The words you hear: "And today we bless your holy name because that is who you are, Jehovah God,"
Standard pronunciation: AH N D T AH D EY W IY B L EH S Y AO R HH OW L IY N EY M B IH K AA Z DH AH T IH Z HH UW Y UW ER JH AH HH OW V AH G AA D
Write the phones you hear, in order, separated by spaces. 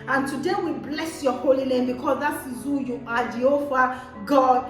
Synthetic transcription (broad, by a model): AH N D T AH D EY W IY B L EH S Y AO HH OW L IY L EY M B IH K AA Z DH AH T IH Z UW Y UW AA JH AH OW F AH G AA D